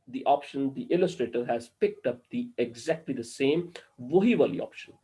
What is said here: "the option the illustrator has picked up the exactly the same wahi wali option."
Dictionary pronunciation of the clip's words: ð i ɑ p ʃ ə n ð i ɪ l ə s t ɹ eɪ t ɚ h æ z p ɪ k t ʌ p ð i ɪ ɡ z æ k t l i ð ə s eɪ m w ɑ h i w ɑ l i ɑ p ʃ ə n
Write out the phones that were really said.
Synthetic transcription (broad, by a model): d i ɑ p ʃ ə n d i ɪ l ə s t ɹ eɪ t ɚ h æ z p ɪ k t ʌ p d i ɪ ɡ z æ k t l i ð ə s eɪ m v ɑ h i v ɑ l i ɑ p ʃ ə n